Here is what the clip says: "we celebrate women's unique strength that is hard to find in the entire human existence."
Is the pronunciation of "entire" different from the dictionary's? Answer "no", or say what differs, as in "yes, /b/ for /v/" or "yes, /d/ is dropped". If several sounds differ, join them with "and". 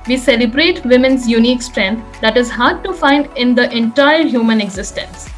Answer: no